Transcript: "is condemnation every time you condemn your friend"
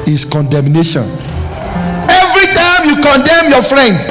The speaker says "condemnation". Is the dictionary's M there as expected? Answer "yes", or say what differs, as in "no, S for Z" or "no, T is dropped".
yes